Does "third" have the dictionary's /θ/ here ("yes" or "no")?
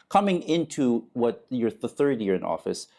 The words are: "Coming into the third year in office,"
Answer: yes